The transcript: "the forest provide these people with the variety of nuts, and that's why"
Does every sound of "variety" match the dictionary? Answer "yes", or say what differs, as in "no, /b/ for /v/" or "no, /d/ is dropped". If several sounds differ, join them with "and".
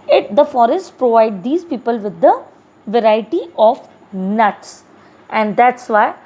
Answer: yes